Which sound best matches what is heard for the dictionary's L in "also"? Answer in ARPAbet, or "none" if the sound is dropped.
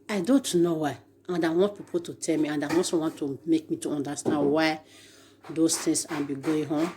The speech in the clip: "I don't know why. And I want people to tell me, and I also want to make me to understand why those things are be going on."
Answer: none